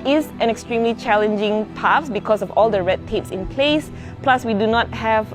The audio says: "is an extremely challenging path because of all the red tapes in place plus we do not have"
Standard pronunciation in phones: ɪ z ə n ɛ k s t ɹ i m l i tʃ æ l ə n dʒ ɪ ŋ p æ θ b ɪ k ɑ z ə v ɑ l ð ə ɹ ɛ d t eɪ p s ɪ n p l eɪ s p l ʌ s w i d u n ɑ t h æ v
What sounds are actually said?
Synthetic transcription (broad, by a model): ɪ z ə n ɛ k s t ɹ i m l i tʃ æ l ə n dʒ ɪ ŋ p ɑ s b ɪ k ɑ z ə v ɑ l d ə ɹ ɛ d t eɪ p s ɪ n p l eɪ s p l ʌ s w i d u n ɑ t h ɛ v